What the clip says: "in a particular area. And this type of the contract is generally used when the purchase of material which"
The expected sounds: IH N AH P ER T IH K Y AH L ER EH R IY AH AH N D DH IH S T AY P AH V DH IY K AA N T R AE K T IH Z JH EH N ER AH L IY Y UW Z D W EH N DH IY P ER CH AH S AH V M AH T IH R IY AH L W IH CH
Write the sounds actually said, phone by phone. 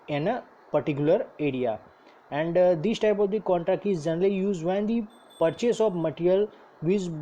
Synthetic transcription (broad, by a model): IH N AH P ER T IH K Y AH L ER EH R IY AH AH N D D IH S T AY P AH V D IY K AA N T R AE K T IH Z JH EH N ER AH L IY Y UW Z D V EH N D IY P ER CH AH S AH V M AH T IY R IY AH L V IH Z